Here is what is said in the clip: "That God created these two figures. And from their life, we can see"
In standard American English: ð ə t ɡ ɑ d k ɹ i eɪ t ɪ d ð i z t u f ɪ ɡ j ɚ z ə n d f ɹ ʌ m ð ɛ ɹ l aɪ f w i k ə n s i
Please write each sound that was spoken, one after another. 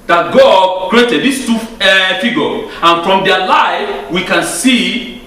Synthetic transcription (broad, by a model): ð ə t ɡ ɑ d k ɹ i eɪ t ɪ d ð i s t u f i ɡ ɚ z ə n f ɹ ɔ m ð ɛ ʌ l aɪ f w i k ə n s i